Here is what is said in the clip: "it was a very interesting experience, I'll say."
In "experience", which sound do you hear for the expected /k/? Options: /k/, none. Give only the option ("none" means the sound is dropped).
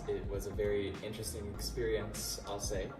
/k/